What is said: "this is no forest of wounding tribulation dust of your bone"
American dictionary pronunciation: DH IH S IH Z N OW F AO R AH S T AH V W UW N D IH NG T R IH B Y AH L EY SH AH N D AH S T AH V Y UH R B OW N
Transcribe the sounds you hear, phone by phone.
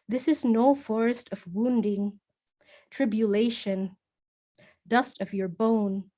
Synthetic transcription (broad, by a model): DH IH S IH Z N OW F AO R AH S T AH V W UW N D IH NG T R IH B Y AH L EY SH AH N D AH S T AH V Y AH R B OW N